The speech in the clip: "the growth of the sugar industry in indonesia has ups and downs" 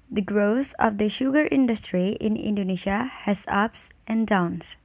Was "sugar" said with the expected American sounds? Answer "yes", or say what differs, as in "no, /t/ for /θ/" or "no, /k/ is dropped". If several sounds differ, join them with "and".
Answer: yes